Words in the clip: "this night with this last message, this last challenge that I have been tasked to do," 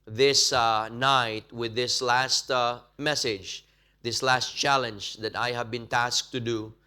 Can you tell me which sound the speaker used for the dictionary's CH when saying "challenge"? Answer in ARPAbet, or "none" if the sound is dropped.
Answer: CH